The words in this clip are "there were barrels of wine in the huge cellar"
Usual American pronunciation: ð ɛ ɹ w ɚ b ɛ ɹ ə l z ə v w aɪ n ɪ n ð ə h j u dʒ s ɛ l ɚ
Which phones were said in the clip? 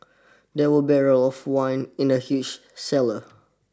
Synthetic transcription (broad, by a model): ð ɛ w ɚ b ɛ ɹ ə l ə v w aɪ n ɪ n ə h j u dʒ s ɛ l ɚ